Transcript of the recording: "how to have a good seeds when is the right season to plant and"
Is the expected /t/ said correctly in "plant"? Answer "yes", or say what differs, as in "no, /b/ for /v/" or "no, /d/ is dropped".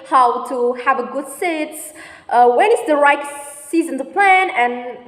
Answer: no, /t/ is dropped